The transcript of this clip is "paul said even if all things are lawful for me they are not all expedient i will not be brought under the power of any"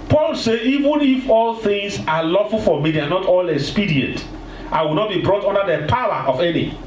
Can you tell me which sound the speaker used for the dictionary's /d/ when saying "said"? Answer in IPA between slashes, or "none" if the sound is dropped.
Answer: none